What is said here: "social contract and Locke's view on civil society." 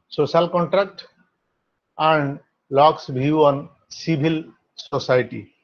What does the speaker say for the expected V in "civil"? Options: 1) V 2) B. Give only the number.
2